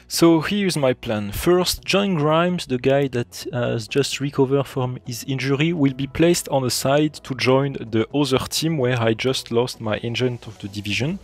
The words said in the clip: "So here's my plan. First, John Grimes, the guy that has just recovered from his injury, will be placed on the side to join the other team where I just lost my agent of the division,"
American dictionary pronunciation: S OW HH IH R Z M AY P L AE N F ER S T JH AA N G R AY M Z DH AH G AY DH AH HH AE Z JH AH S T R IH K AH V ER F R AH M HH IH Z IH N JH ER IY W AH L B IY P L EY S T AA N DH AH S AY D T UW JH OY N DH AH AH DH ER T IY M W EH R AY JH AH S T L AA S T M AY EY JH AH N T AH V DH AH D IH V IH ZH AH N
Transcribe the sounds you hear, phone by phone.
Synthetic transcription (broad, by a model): S OW HH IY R Z M AY P L AE N F ER S T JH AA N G R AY M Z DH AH G AY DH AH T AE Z JH AH S T R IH K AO V ER F R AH M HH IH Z IH N JH ER IY W AH L B IY P L EY S T AA N DH AH S AY D T UW JH OY N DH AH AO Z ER T IY M W EH R AY JH AH S T L AA S T M AY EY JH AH N T AH V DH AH D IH V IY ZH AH N